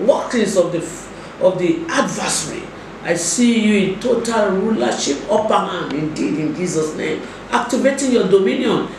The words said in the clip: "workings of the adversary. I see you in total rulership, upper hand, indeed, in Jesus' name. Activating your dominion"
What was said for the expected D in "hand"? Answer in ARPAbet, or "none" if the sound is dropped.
none